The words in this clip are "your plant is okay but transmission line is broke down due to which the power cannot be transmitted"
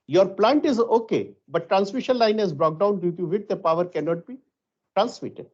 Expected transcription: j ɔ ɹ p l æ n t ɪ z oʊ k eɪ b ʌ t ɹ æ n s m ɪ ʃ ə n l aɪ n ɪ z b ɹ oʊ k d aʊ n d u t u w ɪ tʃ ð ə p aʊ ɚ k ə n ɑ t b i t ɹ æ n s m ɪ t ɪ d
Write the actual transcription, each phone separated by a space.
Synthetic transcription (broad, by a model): j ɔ ɹ p l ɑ n t ɪ z oʊ k eɪ b ʌ t ɹ æ n s m ɪ ʃ ə n l aɪ n ɪ z b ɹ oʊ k d aʊ n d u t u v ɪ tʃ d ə p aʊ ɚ k ə n ɑ t b i t ɹ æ n s m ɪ t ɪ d